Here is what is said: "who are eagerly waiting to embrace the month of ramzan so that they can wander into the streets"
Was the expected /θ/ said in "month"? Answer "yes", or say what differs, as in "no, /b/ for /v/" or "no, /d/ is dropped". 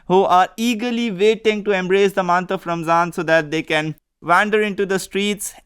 no, /t/ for /θ/